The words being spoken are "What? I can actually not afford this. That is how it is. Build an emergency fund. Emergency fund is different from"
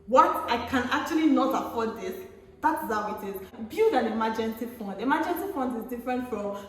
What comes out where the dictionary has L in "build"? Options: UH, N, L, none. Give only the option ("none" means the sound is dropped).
none